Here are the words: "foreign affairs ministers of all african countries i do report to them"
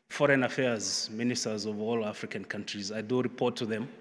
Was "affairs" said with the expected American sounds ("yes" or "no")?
yes